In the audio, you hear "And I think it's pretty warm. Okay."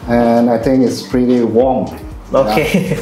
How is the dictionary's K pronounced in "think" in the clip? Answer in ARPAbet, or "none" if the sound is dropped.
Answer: K